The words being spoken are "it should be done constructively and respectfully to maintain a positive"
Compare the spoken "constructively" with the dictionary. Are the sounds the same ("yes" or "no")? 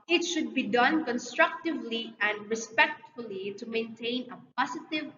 yes